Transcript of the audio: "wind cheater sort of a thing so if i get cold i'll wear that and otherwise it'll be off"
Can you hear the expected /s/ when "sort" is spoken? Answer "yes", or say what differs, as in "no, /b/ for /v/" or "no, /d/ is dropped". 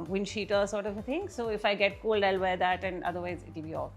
yes